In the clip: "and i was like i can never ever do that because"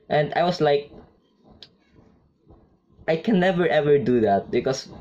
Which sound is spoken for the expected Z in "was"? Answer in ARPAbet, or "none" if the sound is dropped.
S